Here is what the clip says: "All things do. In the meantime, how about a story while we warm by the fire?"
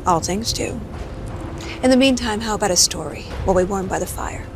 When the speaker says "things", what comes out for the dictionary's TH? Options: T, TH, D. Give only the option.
TH